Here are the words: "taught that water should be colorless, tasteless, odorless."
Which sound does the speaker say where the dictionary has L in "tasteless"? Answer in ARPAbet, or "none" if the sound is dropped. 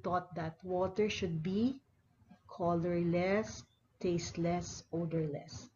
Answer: L